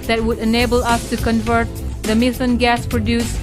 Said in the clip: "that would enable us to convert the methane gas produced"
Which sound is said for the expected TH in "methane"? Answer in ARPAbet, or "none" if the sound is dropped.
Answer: S